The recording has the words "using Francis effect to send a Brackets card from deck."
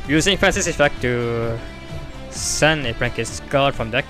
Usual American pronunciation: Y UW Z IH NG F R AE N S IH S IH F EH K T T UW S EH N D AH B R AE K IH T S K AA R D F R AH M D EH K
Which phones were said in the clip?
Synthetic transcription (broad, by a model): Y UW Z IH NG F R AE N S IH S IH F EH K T T UW S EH N AH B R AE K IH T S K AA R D F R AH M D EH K